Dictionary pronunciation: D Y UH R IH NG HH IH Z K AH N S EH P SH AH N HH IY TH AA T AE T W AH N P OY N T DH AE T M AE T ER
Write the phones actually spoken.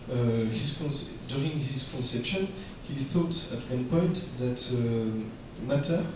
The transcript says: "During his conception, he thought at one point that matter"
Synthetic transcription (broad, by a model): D Y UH R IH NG HH IH Z K AH N S EH P SH AH N HH IY TH AA T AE T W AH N P OY N T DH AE T M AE T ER